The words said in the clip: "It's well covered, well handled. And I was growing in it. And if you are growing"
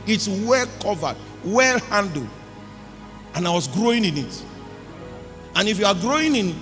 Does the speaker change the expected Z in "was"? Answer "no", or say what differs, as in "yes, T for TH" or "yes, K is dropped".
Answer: yes, S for Z